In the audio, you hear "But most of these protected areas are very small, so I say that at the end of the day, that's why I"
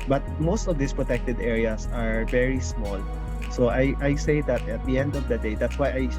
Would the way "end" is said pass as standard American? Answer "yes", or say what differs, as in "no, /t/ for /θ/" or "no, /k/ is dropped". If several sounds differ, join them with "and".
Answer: yes